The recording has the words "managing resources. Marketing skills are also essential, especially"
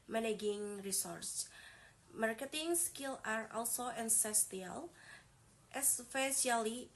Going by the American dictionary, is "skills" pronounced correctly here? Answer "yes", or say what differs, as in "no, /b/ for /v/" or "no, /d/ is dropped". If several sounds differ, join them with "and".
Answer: no, /z/ is dropped